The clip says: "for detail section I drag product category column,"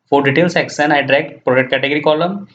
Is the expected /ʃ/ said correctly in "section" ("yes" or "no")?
no